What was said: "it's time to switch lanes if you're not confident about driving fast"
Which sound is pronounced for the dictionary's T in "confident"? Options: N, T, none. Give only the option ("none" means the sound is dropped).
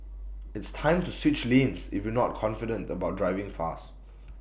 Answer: T